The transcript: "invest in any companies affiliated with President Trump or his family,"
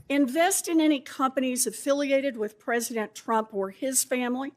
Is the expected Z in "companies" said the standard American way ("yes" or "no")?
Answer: yes